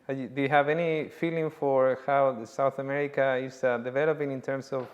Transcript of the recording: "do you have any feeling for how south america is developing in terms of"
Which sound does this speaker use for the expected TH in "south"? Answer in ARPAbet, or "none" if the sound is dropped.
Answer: TH